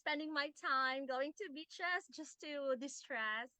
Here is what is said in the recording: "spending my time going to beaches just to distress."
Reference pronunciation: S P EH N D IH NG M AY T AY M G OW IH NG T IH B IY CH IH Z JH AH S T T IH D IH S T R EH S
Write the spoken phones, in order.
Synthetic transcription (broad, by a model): P EH N D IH NG M AY T AY M G OW IH NG T IH B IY CH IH S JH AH S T T IH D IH S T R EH S